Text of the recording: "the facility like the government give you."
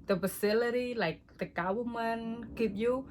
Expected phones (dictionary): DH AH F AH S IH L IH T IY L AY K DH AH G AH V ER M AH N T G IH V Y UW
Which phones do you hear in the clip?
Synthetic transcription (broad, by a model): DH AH F AH S IH L IH T IY L AY K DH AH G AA W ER M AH N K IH P Y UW